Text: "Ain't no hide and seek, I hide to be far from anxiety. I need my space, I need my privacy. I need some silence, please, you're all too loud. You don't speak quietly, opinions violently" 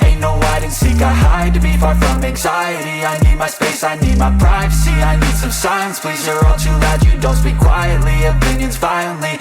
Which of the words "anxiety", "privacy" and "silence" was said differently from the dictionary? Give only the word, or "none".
silence